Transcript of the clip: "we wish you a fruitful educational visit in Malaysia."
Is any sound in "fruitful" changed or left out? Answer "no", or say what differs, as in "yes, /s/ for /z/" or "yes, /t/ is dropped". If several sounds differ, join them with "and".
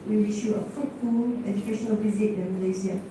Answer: yes, /ɹ/ is dropped